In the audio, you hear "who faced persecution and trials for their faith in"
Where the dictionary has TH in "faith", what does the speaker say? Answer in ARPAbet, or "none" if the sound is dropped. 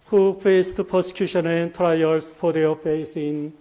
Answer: S